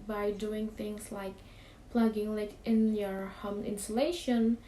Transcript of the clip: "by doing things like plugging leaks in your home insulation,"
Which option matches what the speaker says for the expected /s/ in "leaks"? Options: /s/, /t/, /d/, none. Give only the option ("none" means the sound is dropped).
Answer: none